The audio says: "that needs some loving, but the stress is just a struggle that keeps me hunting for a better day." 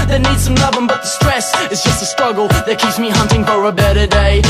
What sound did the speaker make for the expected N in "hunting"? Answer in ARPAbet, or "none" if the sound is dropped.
N